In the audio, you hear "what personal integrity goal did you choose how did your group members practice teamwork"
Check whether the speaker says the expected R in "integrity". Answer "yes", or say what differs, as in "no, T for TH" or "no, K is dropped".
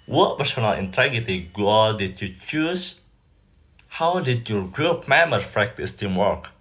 no, R is dropped